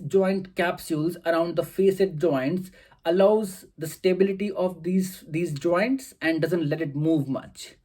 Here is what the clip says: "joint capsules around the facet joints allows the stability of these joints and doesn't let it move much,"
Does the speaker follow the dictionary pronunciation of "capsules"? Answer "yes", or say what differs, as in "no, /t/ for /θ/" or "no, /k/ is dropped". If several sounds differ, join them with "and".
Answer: yes